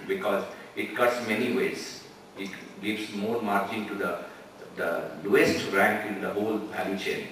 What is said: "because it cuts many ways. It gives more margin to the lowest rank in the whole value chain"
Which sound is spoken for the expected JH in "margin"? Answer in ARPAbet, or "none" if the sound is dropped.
CH